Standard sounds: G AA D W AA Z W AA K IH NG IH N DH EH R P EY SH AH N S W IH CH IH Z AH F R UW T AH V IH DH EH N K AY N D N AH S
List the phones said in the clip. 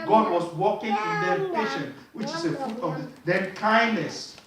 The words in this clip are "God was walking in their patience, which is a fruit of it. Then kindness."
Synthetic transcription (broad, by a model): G AA D W AA S W AA K IH NG IH N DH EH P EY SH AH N W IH CH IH S AH F R UW T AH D IH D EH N K AY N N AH S